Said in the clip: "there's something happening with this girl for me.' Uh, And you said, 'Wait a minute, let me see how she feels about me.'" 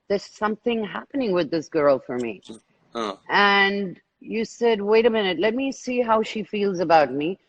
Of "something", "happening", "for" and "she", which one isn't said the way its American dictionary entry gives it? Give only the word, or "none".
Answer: none